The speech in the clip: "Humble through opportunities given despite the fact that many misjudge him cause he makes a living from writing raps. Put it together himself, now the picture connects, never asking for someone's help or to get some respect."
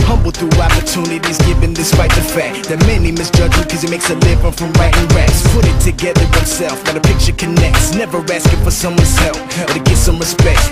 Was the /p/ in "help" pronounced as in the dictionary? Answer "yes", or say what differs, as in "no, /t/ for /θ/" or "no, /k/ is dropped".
no, /f/ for /p/